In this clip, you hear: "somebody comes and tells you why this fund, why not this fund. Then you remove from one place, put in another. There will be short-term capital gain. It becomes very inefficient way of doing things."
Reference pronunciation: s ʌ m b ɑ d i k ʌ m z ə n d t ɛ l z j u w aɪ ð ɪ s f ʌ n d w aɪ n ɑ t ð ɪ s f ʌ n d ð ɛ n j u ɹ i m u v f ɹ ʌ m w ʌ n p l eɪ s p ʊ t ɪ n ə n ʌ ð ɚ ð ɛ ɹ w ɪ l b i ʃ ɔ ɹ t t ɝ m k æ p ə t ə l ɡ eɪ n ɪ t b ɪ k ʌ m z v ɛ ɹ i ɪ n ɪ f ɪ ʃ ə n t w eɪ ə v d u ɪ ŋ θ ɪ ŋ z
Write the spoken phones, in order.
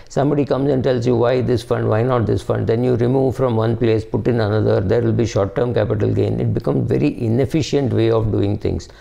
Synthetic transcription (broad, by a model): s ʌ m b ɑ d i k ʌ m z ə n d t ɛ l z j u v aɪ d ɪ s f ʌ n d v aɪ n ɑ t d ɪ s f ʌ n d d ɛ n j u ɹ i m u v f ɹ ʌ m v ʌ n p l eɪ s p ʊ t ɪ n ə n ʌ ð ɚ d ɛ ɹ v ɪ l b i ʃ ɔ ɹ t t ɝ m k æ p ə t ə l ɡ eɪ n ɪ t b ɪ k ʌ m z v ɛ ɹ i ɪ n ɪ f ɪ ʃ ə n t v eɪ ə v d u ɪ ŋ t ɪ ŋ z